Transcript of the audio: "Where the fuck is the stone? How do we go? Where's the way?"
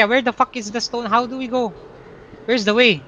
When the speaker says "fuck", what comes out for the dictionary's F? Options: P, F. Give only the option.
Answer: F